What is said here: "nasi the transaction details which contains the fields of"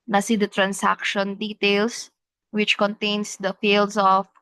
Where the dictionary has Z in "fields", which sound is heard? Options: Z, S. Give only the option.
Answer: S